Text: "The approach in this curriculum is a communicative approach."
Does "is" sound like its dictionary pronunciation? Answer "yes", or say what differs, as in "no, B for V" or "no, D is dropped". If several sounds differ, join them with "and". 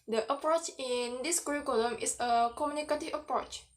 no, S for Z